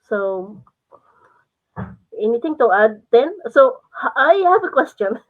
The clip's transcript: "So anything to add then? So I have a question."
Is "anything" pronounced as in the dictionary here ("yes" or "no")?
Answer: no